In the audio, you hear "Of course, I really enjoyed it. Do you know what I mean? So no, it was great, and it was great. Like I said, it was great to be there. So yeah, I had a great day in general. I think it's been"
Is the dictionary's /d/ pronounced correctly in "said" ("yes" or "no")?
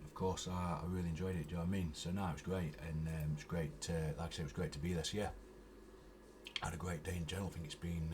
no